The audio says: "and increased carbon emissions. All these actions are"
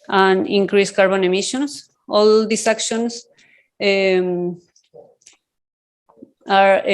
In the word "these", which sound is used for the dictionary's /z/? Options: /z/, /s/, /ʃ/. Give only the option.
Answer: /s/